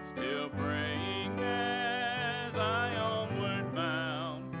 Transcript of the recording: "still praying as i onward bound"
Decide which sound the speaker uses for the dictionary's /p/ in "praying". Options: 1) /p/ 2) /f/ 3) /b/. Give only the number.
3